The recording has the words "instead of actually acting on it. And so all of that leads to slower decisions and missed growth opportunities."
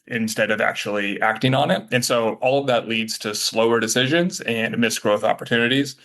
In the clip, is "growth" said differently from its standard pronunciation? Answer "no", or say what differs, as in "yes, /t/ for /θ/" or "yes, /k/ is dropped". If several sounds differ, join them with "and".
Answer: no